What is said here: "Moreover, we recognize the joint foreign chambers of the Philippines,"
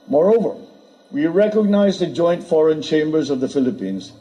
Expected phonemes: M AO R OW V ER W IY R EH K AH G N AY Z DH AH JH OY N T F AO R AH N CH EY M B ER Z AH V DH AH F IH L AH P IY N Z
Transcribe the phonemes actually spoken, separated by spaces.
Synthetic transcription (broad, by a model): M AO R OW V ER W IY R EH K AH G N AY Z DH AH JH OY N T F AO R AH N CH EY M B ER Z AH V DH AH F IH L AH P IY N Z